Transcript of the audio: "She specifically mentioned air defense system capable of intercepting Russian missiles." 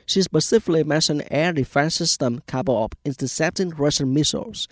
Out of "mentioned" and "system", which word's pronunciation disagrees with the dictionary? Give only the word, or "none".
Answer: mentioned